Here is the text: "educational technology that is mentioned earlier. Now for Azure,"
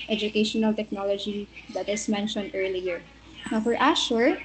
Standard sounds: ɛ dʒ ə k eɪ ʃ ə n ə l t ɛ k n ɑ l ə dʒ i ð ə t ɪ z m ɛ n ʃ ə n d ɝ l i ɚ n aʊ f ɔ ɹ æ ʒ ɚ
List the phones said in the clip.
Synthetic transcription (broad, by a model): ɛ dʒ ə k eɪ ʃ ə n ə l t ɛ k n ɑ l ə dʒ i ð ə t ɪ s m ɛ n ʃ ə n d ɝ l i ɚ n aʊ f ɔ ɹ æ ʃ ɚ